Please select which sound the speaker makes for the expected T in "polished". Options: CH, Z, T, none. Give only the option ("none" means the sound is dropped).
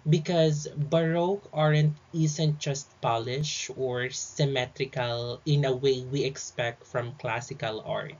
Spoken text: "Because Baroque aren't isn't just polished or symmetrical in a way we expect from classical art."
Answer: none